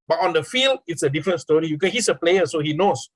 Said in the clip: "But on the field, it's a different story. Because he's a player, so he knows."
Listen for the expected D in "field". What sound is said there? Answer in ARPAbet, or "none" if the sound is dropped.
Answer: D